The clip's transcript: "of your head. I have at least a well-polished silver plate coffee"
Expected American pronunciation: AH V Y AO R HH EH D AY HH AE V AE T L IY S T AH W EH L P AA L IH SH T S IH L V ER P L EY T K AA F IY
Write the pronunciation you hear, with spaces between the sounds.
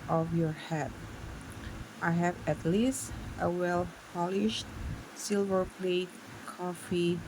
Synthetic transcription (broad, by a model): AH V Y AO R HH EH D AY HH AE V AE T L IY S T AH W EH L P AA L IH SH T S IH L V ER P L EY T K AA F IY